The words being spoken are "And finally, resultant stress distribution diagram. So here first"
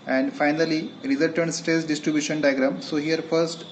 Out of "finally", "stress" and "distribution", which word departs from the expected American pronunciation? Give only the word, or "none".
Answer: stress